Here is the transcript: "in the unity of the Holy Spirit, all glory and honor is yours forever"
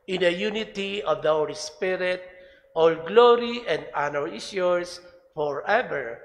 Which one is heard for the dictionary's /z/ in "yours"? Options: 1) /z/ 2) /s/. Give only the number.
2